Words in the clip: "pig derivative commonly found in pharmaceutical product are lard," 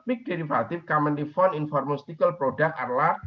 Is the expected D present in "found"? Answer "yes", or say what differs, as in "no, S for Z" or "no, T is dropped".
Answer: no, D is dropped